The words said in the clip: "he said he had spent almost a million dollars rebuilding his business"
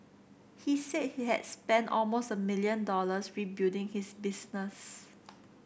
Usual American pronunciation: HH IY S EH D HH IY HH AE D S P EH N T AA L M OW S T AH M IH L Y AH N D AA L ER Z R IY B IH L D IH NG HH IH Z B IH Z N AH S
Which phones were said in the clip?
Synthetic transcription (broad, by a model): HH IY S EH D HH IY HH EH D S P EH N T AA L M OW S T AH M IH L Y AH N D AA L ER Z R IY B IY D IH NG HH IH S B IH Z N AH S